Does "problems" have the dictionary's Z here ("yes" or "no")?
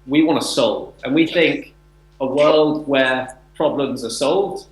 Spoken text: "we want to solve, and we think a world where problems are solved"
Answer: yes